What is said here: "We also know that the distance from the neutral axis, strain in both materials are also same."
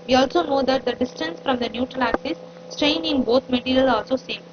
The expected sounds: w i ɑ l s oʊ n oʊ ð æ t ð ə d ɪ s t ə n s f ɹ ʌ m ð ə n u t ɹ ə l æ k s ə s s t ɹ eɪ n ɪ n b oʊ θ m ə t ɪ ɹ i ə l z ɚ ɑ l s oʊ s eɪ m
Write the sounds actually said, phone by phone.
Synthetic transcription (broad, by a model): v i ɑ l s oʊ n oʊ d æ t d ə d ɪ s t ə n s f ɹ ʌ m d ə n u t ɹ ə l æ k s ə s s t ɹ eɪ n ɪ n b oʊ t m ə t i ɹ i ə l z ɑ l s oʊ s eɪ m